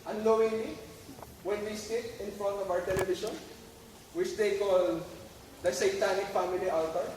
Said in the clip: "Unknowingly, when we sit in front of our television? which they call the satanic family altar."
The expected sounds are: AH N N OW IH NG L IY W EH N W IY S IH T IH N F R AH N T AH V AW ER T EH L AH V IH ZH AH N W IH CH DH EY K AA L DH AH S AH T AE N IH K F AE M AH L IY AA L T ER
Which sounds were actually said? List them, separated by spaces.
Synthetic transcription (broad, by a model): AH N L OW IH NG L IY W EH N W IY S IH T IH N F R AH N T AH V AW ER T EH L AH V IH SH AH N W IH CH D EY K AA L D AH S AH T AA N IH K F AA M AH L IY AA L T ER